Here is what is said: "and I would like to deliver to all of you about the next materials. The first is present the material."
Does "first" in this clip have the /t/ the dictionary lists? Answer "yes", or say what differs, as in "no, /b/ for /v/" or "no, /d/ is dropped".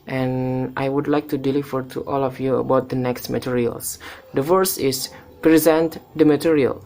no, /t/ is dropped